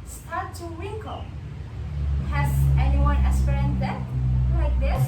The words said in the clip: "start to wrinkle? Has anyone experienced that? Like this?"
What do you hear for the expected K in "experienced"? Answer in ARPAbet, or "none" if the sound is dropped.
none